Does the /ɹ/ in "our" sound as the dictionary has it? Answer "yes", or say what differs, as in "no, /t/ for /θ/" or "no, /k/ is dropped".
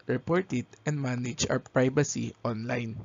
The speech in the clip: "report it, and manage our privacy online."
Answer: no, /w/ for /ɹ/